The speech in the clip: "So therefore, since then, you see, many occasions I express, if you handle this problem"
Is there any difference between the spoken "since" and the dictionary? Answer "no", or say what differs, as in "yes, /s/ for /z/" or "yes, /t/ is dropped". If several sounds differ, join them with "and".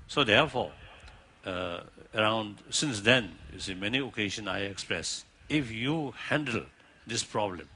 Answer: no